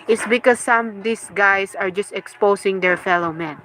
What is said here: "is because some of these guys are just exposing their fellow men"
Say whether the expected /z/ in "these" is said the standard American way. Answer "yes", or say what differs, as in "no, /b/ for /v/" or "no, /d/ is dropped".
no, /s/ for /z/